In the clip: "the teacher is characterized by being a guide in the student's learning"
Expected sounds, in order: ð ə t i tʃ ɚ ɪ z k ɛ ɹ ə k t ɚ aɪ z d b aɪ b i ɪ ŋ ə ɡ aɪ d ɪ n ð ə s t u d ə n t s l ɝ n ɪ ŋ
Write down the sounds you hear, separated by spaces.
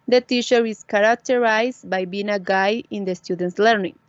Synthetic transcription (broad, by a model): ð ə t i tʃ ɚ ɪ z k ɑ ɹ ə k t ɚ aɪ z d b aɪ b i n ə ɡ aɪ ɪ n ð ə s t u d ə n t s l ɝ n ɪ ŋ